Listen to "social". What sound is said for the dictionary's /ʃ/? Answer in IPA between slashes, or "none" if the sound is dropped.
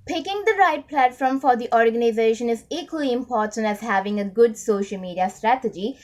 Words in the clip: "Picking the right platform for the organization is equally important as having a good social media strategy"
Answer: /ʃ/